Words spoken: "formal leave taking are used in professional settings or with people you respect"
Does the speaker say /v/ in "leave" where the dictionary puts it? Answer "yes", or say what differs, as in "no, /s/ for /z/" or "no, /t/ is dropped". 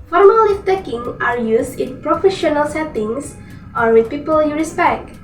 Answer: no, /f/ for /v/